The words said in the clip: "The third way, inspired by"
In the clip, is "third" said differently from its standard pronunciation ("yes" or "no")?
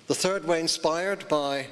no